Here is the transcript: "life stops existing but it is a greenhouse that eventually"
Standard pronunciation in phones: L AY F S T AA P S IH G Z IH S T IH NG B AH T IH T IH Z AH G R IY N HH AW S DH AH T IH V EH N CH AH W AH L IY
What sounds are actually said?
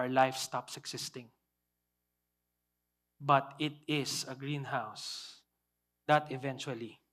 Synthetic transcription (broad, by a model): L AY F S T AA P S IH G S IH S T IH NG B AH T IH T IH S AH G R IY N HH AW S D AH T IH V EH N CH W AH L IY